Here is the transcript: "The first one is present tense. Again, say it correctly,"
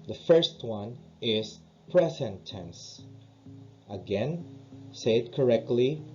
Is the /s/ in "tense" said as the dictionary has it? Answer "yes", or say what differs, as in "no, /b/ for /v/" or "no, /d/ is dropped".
yes